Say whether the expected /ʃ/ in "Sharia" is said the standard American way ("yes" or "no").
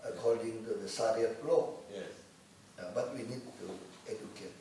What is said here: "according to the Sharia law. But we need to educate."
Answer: no